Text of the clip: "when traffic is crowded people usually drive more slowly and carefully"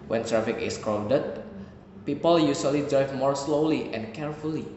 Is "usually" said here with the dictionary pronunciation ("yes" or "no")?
no